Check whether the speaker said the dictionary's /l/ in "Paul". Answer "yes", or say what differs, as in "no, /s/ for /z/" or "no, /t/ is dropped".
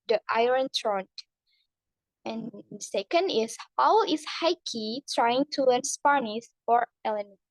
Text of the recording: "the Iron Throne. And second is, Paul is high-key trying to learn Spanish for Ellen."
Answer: no, /w/ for /l/